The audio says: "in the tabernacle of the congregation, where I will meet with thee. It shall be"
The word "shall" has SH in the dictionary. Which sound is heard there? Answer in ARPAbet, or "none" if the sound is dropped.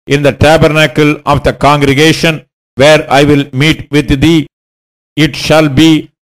SH